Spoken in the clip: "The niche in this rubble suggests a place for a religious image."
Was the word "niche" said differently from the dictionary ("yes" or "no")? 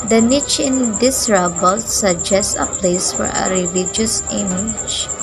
no